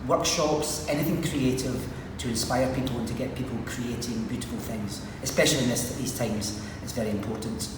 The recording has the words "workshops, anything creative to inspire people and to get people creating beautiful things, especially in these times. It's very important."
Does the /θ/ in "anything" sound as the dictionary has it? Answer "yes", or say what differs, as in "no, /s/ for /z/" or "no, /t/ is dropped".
yes